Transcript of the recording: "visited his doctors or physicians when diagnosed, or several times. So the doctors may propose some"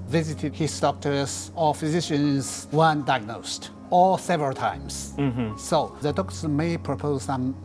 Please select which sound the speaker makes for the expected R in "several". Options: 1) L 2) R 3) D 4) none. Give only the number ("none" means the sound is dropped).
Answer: 2